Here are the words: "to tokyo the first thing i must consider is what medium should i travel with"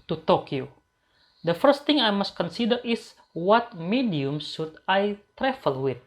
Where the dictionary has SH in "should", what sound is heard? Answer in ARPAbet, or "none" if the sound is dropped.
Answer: S